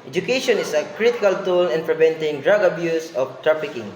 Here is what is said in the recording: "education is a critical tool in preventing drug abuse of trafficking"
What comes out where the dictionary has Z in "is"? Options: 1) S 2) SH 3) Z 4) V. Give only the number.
1